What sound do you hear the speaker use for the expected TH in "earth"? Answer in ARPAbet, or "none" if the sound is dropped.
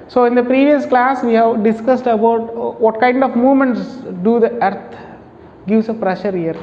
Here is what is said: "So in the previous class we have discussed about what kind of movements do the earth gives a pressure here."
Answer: T